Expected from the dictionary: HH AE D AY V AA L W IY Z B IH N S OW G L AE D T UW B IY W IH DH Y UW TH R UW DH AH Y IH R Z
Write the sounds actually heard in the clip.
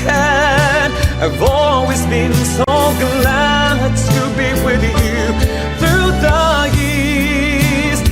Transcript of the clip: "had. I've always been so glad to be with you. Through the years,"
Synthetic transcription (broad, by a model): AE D AY V AA L W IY Z B IH N S OW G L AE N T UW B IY W IH DH Y UW TH R UW DH AH Y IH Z